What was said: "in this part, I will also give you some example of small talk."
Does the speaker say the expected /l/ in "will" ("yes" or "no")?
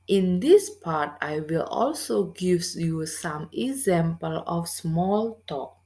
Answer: yes